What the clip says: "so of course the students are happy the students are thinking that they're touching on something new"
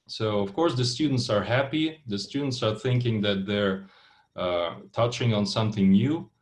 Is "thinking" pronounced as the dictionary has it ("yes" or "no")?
yes